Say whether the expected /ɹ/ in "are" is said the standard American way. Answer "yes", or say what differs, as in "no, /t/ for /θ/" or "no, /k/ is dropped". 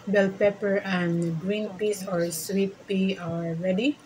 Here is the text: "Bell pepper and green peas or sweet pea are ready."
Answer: no, /l/ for /ɹ/